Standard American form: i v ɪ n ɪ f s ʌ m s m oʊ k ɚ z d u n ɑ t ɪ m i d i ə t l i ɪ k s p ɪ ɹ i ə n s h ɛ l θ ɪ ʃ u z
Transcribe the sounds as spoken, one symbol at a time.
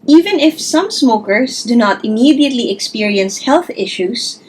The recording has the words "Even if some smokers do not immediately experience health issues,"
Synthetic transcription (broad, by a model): i v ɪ n ɪ f s ʌ m s m oʊ k ɚ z d u n ɑ t ɪ m i d i ə t l i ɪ k s p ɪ ɹ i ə n s h ɛ l θ ɪ ʃ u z